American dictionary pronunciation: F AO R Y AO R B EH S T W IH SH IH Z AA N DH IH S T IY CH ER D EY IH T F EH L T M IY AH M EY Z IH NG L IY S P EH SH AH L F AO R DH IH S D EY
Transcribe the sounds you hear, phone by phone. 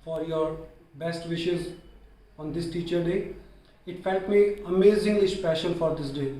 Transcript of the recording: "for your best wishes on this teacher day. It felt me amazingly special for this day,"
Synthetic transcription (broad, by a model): F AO R Y AO R B EH S T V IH SH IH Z AA N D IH S T IY CH ER D EY IH T F EH L T M IY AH M EY Z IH NG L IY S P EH SH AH N F AO R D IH S D EY